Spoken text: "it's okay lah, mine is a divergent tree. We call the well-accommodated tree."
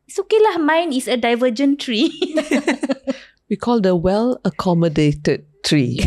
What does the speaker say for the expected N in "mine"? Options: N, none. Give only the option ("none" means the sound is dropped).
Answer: N